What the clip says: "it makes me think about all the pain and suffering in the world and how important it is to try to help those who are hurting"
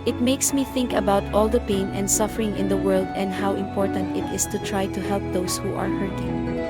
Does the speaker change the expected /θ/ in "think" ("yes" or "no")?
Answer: no